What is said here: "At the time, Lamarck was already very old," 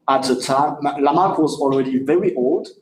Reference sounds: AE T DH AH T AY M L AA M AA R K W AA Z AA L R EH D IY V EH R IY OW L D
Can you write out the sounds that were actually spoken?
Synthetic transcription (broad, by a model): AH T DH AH T AY M L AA M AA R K W AA Z AA L R EH D IY V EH R IY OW L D